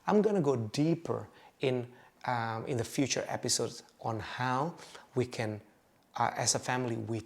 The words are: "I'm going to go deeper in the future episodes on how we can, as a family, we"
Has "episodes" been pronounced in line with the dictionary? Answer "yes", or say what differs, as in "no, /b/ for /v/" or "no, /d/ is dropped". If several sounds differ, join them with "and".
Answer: no, /z/ is dropped